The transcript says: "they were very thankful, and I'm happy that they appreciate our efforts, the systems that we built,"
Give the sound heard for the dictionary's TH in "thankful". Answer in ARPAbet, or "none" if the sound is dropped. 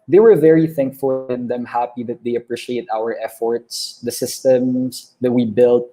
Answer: TH